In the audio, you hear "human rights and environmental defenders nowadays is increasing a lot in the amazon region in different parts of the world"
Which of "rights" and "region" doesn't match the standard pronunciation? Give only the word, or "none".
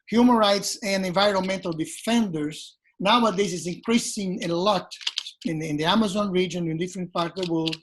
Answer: none